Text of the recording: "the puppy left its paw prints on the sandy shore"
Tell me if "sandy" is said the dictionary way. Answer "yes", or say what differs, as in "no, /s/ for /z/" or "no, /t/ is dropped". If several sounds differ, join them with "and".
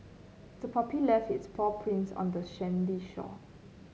no, /ʃ/ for /s/